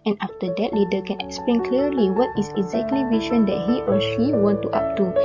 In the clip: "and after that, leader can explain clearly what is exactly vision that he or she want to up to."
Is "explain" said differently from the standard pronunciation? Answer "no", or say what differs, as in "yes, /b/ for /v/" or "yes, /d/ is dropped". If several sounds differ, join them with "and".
no